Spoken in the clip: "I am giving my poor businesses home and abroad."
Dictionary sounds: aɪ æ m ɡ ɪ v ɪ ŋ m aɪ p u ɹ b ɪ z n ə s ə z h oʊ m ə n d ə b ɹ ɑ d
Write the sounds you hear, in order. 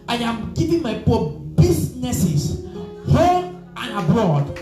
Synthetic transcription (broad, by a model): aɪ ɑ m ɡ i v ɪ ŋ m aɪ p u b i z n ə s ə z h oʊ ə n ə b ɹ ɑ d